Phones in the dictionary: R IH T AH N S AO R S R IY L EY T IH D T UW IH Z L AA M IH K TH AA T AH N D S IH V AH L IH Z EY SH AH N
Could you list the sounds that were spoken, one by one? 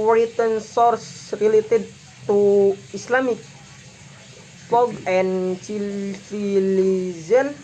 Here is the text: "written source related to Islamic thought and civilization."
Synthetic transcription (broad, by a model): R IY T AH N S AO R S R IY L EY T IH D T UW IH S L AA M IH K F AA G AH N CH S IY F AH L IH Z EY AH N